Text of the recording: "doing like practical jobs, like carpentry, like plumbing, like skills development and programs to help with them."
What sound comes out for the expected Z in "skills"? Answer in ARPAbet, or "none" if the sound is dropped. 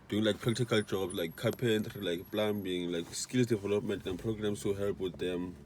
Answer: S